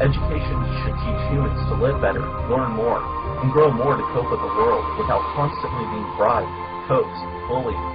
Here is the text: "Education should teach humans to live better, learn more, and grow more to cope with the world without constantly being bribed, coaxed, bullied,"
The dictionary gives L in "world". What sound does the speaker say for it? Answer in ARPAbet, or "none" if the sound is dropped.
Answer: L